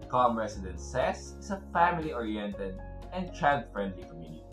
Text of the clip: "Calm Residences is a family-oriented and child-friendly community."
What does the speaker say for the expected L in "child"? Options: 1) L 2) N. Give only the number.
2